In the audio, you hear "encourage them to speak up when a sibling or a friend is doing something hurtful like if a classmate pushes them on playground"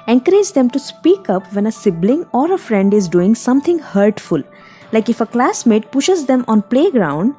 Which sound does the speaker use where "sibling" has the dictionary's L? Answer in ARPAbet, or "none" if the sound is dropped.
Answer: L